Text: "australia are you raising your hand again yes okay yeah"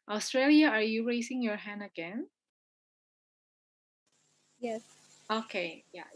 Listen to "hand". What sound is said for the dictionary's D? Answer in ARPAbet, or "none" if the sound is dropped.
D